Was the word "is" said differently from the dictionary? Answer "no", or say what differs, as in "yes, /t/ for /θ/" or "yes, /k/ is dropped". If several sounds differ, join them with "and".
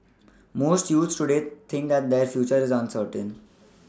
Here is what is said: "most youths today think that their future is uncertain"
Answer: no